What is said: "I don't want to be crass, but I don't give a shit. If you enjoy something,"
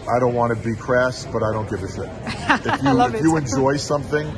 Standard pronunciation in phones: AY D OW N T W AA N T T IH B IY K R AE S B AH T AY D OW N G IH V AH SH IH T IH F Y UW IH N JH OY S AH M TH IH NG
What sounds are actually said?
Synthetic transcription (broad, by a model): AY D OW N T W AA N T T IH B IY K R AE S B AH T AY D OW N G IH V AH S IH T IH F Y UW IH N JH OY S AH M TH IH NG